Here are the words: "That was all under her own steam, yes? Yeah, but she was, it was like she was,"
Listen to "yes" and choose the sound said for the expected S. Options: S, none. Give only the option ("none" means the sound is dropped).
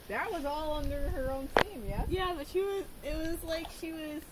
none